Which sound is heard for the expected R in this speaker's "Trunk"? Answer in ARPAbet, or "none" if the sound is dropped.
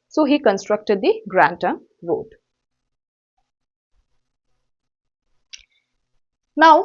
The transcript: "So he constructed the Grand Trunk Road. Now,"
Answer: none